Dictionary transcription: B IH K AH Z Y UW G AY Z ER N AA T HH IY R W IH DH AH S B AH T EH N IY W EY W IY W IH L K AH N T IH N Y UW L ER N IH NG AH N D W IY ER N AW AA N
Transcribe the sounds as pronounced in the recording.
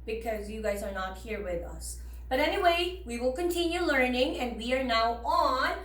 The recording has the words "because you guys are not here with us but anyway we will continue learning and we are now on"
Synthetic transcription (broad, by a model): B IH K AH Z Y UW G AY Z ER N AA T HH IY R W IH DH AH S B AH T EH N IY W EY W IY W IH L K AH N T IH N Y UW L ER N IH NG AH N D W IY ER N AW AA N